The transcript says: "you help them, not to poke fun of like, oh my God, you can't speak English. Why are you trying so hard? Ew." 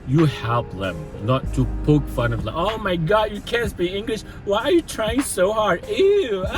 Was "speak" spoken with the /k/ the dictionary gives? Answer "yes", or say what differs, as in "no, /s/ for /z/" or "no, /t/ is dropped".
no, /k/ is dropped